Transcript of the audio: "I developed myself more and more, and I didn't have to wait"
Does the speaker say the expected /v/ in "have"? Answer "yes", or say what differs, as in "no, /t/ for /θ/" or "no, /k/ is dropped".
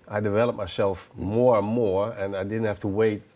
no, /f/ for /v/